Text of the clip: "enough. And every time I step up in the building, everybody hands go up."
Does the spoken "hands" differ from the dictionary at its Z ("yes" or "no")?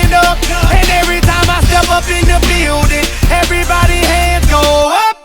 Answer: yes